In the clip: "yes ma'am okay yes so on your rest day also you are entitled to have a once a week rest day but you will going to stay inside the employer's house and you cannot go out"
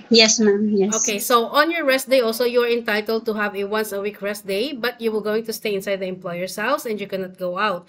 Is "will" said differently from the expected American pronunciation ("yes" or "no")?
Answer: no